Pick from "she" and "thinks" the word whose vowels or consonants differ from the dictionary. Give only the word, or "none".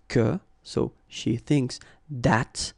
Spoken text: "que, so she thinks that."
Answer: none